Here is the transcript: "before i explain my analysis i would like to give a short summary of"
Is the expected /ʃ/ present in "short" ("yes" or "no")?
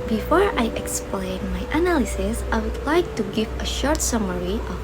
yes